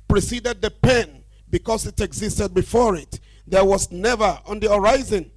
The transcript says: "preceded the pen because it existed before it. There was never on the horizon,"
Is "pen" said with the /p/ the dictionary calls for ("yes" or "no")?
yes